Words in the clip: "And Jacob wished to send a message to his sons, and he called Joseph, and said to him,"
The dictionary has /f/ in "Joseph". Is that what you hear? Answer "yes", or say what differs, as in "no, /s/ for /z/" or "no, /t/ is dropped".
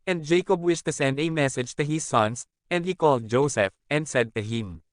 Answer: yes